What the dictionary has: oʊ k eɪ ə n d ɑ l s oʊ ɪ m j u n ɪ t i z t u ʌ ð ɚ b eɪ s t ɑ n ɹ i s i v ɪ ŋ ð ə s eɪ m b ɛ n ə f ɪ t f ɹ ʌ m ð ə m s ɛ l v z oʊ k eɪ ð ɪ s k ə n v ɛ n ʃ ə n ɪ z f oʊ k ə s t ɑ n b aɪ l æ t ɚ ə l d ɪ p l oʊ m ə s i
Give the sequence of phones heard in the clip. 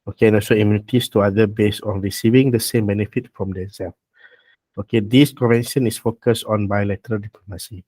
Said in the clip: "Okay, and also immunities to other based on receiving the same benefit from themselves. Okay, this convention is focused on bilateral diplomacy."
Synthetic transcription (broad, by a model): oʊ k eɪ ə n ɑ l s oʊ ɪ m j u n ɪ t i s t u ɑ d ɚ b eɪ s ɑ n ɹ i s i v ɪ ŋ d ə s eɪ m b ɛ n ə f ɪ t f ɹ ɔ m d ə s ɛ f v oʊ k eɪ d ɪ s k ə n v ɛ n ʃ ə n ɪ s f oʊ k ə s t ɑ n b aɪ l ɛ t ɚ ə l d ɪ p l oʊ m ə s i